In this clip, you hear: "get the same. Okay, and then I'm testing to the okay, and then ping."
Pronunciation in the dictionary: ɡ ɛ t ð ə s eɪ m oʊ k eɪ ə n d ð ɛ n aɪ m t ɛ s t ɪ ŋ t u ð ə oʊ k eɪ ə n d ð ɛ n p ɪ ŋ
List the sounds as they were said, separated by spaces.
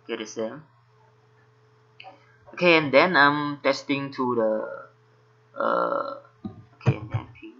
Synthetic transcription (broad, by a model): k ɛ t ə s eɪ oʊ k eɪ ə n d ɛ n aɪ m t ɛ s t ɪ ŋ t u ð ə oʊ k eɪ ə n d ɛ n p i